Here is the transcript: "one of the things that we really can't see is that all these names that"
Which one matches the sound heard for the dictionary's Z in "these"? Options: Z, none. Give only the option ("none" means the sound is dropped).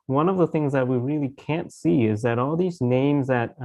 Z